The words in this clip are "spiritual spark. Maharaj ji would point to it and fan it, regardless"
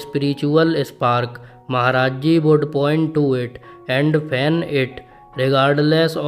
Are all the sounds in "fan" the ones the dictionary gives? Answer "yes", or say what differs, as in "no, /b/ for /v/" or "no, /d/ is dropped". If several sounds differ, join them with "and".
no, /p/ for /f/